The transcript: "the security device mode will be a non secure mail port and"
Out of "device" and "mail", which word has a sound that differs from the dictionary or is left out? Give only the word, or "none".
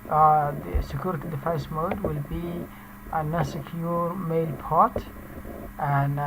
device